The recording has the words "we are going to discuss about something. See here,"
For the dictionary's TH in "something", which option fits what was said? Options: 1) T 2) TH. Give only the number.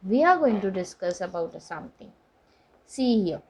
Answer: 1